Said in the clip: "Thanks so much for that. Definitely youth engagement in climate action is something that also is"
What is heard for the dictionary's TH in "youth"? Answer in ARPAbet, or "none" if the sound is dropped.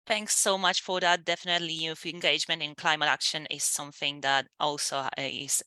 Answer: F